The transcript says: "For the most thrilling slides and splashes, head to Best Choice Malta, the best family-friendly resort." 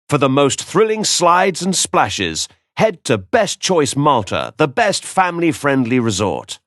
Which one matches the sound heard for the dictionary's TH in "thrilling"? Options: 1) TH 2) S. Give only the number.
1